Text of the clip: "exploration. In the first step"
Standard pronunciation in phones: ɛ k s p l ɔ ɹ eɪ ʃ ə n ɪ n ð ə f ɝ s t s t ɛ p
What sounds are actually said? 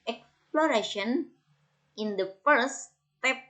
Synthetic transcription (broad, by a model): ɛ k s p l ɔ ɹ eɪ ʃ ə n ɪ n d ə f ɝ t s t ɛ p